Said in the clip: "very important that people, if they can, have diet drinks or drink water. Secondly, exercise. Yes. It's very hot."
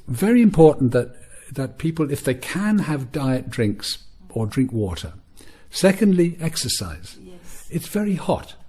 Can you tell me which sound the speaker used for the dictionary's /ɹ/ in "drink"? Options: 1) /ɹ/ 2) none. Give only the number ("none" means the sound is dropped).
1